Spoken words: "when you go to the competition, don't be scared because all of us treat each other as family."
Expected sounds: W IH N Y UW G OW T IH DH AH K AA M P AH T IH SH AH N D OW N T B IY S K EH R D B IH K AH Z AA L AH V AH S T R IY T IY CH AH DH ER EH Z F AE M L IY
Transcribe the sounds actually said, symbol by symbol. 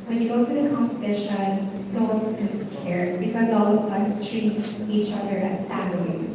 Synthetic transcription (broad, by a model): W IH N Y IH G OW T IH DH AH K AA M P AH T IH SH AH N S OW L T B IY S K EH R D B IH K AH Z AA L AH V AH S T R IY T IY CH AH DH ER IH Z F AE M L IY